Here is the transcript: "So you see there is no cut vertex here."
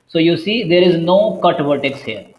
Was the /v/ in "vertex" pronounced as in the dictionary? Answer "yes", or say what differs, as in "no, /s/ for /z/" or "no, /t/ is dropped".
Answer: no, /b/ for /v/